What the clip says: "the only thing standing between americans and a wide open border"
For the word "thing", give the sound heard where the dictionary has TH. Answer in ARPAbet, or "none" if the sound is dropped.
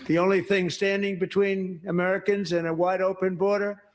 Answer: TH